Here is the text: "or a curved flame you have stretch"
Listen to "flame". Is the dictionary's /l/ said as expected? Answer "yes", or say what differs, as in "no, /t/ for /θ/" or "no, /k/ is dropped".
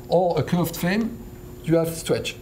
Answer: no, /l/ is dropped